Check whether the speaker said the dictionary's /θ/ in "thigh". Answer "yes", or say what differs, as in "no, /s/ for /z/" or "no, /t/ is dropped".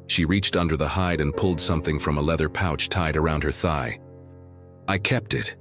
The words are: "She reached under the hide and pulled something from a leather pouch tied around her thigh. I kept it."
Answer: yes